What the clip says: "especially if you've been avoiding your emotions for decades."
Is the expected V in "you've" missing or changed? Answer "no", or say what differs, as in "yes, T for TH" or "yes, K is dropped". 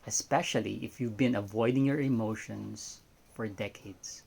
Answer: no